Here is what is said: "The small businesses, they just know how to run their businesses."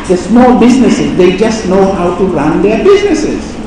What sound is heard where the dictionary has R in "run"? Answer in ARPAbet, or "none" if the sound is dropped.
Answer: R